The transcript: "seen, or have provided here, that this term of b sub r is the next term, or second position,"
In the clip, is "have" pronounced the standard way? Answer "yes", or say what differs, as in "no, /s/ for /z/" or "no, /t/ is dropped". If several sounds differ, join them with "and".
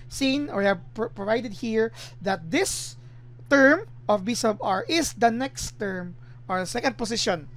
no, /p/ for /v/